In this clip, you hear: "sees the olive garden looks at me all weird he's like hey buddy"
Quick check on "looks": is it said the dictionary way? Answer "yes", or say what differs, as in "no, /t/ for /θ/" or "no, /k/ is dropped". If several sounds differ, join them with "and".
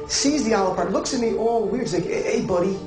yes